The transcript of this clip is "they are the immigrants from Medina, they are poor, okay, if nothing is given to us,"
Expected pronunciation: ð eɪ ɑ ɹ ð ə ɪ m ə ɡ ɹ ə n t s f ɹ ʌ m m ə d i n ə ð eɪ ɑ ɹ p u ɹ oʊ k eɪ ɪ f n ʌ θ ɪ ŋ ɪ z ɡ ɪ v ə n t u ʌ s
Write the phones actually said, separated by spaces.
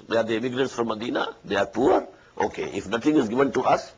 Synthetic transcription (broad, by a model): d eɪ ɑ ɹ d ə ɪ m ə ɡ ɹ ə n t s f ɹ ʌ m m ə d i n ə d eɪ ɑ ɹ p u ɹ oʊ k eɪ ɪ f n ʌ t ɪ ŋ ɪ z ɡ ɪ v ə n t u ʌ s